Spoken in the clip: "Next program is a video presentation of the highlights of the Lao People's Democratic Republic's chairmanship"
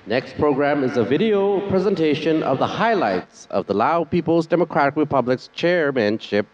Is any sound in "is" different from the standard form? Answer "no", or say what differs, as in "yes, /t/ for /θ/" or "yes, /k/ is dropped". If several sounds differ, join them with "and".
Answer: no